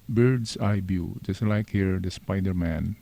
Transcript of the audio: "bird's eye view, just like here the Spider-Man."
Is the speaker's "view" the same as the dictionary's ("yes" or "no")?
no